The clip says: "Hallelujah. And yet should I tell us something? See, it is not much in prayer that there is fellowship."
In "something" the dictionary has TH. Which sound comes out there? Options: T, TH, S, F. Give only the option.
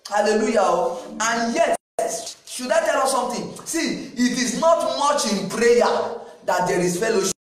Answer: T